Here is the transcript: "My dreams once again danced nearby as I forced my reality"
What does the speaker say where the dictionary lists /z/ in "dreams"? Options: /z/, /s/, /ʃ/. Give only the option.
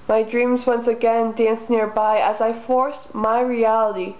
/z/